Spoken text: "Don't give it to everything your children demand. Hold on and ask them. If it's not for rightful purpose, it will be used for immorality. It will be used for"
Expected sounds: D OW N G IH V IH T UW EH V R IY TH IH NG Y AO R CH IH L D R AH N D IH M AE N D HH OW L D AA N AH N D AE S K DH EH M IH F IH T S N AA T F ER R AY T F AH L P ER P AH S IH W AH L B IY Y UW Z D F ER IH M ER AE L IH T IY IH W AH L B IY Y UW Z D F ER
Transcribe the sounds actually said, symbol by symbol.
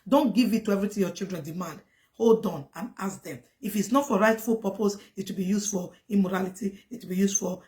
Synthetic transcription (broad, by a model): D OW N G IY V IH T UW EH V R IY T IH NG Y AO CH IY L D R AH N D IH M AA N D HH OW L D AA N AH N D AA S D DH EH M IH F IH T S N AA T F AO R AY T F AH L P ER P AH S IH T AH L B IY Y UW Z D F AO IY M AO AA L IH T IY IH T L B IY Y UW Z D F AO